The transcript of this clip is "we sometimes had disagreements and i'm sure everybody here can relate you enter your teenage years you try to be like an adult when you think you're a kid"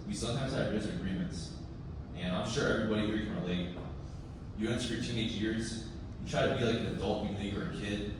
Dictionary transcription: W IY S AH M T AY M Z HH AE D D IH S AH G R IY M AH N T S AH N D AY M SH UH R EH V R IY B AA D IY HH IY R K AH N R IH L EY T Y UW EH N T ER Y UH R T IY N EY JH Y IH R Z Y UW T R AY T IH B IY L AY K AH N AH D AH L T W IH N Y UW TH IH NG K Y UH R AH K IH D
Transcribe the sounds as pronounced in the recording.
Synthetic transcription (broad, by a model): W IY S AH M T AY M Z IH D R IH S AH G R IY M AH N T S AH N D AY M SH UH R EH V R IY B AA D IY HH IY R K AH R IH L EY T Y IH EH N S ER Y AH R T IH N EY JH Y IH R Z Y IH T R AY T IH B IY L AY K AH N AH D AH L T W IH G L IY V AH R AH K IH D